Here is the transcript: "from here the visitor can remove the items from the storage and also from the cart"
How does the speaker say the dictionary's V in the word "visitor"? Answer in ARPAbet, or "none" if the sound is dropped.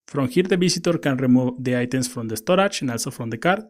B